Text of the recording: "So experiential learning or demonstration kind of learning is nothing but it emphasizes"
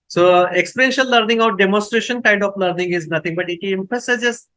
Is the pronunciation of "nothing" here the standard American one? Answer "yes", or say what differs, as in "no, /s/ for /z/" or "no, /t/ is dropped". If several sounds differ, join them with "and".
no, /t/ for /θ/